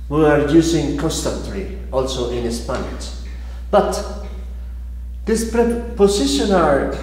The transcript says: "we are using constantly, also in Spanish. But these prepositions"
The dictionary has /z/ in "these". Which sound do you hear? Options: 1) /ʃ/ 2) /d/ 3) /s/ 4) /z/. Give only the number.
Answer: 3